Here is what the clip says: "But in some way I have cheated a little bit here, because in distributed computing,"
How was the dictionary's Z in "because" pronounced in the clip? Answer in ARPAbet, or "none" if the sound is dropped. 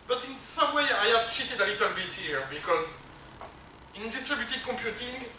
Z